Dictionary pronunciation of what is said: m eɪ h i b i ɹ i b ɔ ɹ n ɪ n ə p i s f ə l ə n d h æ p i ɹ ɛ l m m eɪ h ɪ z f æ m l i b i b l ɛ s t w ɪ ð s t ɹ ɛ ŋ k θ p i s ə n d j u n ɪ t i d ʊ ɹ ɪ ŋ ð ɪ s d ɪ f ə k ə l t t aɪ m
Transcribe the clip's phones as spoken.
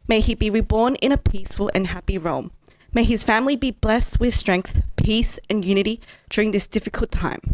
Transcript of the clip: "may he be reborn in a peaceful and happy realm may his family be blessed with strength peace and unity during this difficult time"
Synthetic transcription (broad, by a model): m eɪ i b i ɹ i b ɔ ɹ n ɪ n ə p i s f ə l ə n h æ p i ɹ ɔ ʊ m m eɪ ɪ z f æ m l i b i b l ɛ s t w ɪ ð s t ɹ ɛ ŋ k θ p i s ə n j u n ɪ t i d ʊ ɹ ɪ ŋ ð ɪ s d ɪ f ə k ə l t t aɪ m